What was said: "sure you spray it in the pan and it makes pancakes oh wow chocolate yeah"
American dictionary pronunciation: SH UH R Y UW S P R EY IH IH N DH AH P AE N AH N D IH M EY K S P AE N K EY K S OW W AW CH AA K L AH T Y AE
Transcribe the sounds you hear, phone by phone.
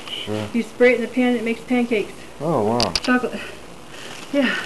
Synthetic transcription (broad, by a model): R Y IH S P R EY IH IH N DH AH P AE N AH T M EY K S P AE N K EY K S OW W AW CH AA K L AH T Y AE